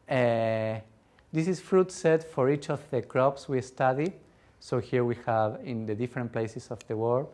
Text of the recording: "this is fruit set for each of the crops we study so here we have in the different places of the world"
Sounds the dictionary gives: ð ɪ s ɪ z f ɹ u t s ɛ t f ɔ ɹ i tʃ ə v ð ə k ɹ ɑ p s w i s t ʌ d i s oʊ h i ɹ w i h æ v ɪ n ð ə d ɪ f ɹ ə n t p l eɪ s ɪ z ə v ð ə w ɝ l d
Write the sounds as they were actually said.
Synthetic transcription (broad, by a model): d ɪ s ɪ s f ɹ u t s ɛ t f ɔ ɹ i tʃ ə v ð ə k ɹ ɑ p s w i s t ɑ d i s oʊ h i ɹ w i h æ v ɪ n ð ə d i f ɹ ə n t p l eɪ s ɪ s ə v ð ə w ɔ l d